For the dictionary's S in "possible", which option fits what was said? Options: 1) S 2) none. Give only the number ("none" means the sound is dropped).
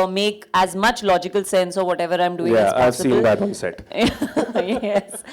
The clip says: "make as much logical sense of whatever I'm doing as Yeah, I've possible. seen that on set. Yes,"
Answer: 2